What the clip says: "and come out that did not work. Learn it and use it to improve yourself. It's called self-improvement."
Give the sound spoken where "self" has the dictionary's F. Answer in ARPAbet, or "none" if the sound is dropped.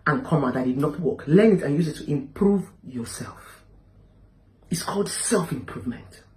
F